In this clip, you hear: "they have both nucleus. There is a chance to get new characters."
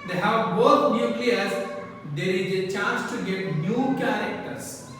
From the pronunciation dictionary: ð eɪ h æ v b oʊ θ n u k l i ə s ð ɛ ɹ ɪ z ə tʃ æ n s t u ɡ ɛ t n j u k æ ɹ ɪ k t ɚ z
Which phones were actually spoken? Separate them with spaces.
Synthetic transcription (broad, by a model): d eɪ h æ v b oʊ t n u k i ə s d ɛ ɹ ɪ z ə tʃ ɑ n s t u ɡ ɛ t n j u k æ ɹ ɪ k t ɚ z